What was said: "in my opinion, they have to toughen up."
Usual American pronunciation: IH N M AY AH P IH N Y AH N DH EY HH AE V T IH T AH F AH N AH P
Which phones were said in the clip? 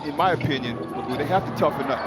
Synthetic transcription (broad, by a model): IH N M AY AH P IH N Y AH N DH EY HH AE F T IH T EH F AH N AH